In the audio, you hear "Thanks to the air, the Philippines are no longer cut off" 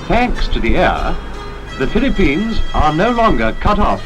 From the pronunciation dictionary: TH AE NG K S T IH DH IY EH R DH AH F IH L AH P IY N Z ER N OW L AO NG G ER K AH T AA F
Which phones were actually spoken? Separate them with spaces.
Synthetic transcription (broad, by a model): TH AE NG K S T IH DH IY EH R DH AH F IH L AH P IY N Z ER N OW L AO NG G ER K AH T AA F